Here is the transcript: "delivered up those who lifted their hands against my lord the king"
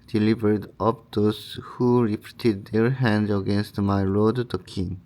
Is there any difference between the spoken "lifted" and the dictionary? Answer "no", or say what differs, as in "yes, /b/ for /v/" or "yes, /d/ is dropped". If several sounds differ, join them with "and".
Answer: yes, /p/ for /f/